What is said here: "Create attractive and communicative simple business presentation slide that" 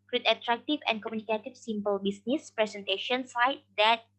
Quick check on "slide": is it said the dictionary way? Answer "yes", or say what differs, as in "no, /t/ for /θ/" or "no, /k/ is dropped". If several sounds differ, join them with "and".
no, /l/ is dropped